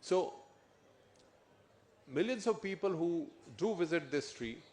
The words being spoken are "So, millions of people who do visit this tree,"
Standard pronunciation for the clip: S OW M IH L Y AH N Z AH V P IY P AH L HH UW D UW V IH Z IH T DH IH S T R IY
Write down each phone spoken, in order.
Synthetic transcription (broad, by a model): S OW M IH L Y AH N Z AH V P IY P AH L HH UW D UW V IH Z IH T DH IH S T R IY